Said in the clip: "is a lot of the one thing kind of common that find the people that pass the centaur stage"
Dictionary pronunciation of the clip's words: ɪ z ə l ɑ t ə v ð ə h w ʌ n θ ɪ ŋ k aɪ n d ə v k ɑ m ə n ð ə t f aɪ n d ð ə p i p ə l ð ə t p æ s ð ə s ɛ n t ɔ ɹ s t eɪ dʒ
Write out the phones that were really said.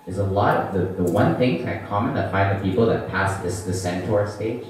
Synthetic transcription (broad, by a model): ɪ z ə l ɑ t ə v ð ə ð w ʌ n θ ɪ ŋ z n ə k ɑ m ə n ð ə t f aɪ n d ð ə p i p l ð ə t p æ s ð ə s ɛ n t ɔ ɹ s t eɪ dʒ